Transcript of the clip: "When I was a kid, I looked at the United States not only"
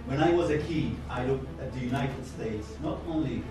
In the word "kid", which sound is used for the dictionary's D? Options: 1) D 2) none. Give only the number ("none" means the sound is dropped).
2